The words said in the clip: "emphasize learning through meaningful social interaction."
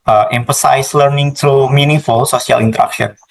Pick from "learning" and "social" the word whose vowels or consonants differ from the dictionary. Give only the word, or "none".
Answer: social